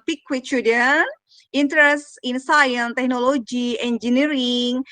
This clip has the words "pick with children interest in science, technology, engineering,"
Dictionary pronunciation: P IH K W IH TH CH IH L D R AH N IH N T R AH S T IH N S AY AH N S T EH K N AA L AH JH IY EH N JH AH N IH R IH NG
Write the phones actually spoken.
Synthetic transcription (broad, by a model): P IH K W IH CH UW D AH N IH N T R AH S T IH N S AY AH N T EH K N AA L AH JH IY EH N JH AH N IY R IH NG